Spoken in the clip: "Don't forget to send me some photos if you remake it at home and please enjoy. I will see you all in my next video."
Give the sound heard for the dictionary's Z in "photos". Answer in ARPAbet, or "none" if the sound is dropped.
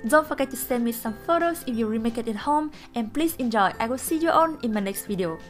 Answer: S